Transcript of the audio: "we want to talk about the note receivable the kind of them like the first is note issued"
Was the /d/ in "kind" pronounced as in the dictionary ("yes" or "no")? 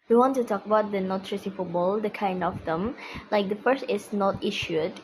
yes